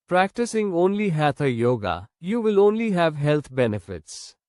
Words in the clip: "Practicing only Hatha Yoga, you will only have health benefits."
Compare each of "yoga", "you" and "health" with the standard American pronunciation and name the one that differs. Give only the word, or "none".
health